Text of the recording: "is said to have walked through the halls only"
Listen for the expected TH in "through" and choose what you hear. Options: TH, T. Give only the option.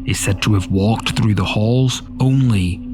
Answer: TH